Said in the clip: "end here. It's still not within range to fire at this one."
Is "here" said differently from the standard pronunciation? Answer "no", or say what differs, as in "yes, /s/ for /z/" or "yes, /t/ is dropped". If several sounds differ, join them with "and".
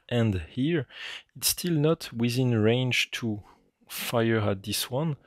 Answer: no